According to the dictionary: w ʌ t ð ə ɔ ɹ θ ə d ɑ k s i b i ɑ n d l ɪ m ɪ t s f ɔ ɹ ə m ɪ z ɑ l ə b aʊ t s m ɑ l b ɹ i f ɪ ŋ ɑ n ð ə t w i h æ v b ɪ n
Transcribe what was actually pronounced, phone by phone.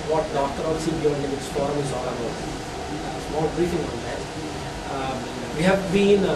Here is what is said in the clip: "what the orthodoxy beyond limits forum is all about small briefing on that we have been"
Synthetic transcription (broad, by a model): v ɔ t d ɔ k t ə d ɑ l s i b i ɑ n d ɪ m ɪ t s p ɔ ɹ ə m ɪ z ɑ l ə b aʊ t s m ɑ l b ɹ i f ɪ ŋ ɑ n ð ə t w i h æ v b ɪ n